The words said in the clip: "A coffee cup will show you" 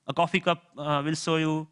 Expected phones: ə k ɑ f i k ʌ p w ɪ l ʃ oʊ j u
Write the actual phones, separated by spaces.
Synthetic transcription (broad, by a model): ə k ɑ f i k ʌ p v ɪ l s oʊ j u